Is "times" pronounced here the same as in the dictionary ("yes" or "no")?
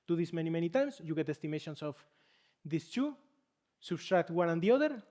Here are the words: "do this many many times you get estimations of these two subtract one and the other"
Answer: no